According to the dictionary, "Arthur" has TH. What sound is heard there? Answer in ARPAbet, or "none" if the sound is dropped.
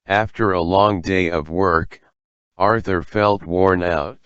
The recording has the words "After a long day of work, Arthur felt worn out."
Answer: TH